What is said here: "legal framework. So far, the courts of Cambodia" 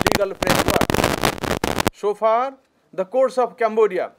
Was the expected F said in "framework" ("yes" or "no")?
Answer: no